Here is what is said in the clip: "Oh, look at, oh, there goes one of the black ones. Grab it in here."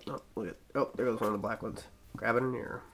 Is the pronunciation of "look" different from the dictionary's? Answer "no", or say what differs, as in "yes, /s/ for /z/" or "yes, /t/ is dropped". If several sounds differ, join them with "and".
yes, /w/ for /l/